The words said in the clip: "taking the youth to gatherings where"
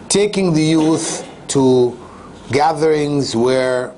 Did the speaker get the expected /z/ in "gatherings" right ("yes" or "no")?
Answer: yes